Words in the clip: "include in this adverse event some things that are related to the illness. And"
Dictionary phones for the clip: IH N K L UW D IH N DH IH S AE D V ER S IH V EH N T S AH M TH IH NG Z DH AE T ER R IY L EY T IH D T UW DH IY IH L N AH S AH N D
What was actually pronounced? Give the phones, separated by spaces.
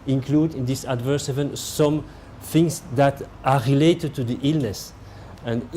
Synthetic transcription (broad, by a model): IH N K L UW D IH N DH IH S AE D V ER S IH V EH N S AH M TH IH NG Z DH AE T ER R IY L EY T IH D T UW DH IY IH L N AH S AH N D